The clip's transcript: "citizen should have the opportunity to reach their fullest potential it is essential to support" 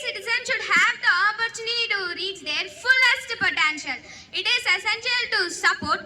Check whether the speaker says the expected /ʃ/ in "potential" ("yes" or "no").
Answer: yes